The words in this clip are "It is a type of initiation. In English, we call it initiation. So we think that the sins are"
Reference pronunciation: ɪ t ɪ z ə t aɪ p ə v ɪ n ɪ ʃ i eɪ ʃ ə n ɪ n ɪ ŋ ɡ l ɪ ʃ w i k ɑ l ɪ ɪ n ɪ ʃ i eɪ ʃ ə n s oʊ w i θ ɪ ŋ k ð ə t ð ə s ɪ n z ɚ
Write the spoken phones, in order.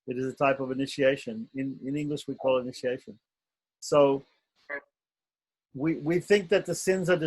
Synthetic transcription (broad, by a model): ɪ t ɪ z ə t aɪ p ə v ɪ n ɪ ʃ i eɪ ʃ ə n ɪ n ɪ ŋ ɡ l ɪ ʃ w i k ɑ l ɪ ɪ n ɪ ʃ i eɪ ʃ ə n s oʊ w i θ ɪ ŋ k ð ə t ð ə s ɪ n z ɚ